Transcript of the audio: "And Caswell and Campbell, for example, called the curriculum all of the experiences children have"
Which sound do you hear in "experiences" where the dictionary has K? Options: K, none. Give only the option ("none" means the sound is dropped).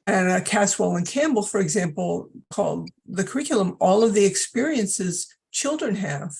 K